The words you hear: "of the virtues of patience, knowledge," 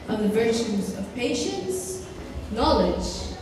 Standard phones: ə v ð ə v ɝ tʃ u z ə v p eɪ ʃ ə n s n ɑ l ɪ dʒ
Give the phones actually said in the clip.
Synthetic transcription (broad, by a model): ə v ð ə v ɝ tʃ u z ə v p eɪ ʃ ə n s n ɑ l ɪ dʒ